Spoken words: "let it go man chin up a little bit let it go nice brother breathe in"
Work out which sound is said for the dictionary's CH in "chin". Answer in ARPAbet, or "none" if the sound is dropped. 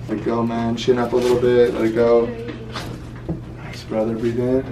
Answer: SH